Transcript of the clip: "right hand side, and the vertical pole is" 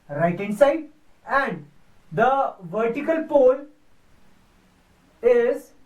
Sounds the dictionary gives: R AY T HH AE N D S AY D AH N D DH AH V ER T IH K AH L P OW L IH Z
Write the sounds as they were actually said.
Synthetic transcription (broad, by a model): R AY T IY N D S AY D AH N D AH V ER T IH K AH L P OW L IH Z